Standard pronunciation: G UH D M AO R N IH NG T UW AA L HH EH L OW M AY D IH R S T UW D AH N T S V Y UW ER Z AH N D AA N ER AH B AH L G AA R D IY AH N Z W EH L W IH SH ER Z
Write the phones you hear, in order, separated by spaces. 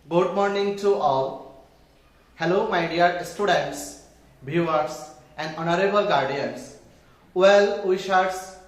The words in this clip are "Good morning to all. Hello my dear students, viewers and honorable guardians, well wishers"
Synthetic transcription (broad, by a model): G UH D M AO R N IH NG T UW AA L HH EH L OW M AY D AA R S T UW D AH N T S B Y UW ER S AH N D AA N ER AH B AH L G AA R D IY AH N S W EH L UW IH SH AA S